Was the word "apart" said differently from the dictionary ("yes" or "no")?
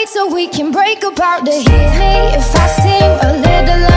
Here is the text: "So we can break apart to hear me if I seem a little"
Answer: yes